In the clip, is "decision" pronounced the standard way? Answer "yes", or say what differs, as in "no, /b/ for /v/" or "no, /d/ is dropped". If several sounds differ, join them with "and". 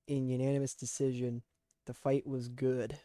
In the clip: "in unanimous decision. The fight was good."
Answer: yes